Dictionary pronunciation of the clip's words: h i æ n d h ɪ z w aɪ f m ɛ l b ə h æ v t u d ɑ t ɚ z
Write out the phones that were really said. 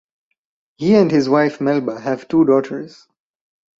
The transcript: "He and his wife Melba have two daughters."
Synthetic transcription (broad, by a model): h i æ n d h ɪ z w aɪ f m ɛ l b ə h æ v t u d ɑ t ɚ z